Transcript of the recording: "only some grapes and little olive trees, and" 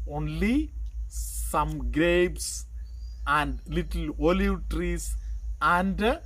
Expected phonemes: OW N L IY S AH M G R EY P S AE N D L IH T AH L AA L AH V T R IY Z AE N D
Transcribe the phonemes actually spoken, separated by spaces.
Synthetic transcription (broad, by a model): OW N L IY S AH M G R EY B S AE N D L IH T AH L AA L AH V T R IY S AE N D